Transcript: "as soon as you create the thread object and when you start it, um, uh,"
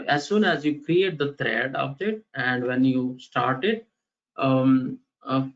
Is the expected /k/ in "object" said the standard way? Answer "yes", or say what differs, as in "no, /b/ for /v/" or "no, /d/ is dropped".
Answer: no, /k/ is dropped